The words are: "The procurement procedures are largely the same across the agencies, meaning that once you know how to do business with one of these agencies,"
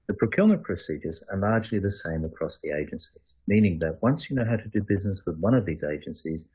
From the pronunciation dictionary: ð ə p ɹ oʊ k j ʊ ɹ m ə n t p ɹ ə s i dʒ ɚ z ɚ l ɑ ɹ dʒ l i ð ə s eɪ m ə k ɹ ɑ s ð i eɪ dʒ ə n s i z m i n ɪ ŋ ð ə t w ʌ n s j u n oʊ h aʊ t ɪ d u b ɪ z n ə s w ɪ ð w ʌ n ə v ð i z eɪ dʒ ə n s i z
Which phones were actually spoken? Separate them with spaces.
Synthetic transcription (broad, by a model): ð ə p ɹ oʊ k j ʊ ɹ m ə n p ɹ ə s i dʒ ɚ z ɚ l ɑ ɹ dʒ l i ð ə s eɪ m ə k ɹ ɑ s ð i eɪ dʒ ə n s i z m i n ɪ ŋ ð ə t w ʌ n s j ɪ n oʊ h aʊ t ɪ d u b ɪ z n ə s w ɪ ð w ʌ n ə v ð i z eɪ dʒ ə n s i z